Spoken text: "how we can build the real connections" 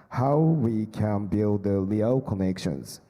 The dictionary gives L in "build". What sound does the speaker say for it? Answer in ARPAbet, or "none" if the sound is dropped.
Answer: L